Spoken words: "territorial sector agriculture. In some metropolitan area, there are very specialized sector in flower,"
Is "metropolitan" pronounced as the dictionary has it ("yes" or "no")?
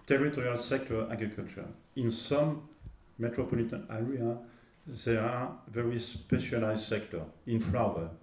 yes